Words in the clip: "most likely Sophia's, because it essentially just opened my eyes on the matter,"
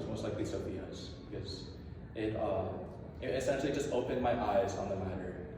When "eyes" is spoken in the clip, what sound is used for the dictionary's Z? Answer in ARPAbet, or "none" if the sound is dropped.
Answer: Z